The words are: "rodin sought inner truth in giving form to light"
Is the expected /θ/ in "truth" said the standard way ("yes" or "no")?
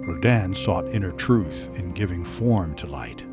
yes